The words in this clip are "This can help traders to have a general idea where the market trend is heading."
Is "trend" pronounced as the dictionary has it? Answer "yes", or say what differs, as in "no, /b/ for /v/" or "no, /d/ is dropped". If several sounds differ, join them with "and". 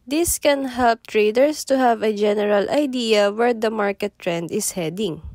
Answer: yes